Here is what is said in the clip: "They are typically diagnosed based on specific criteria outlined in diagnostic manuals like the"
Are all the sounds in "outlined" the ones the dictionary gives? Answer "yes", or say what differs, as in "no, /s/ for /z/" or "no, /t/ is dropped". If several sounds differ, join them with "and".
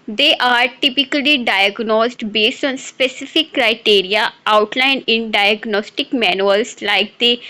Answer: no, /d/ is dropped